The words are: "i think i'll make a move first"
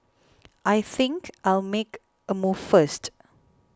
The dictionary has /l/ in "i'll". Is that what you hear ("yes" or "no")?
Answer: yes